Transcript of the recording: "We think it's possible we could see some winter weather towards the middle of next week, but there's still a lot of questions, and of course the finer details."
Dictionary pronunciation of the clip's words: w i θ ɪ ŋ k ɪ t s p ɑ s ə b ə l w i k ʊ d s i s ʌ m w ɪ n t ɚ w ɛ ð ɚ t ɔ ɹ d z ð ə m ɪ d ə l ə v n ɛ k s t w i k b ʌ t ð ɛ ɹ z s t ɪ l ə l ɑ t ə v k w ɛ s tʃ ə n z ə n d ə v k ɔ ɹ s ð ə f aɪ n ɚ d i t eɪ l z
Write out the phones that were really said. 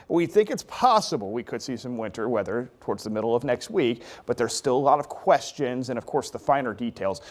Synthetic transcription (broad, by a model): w i θ ɪ ŋ k ɪ t s p ɑ s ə b l w i k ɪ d s i s ʌ m w ɪ n t ɚ w ɛ ð ɚ t ɔ ɹ d z ð ə m ɪ d l ə v n ɛ k s t w i k b ʌ t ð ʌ ɹ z s t ɪ l ə l ɑ t ə v k w ɛ s tʃ ə n z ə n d ə v k ɔ ɹ s ð ə f aɪ n ɚ d i t eɪ l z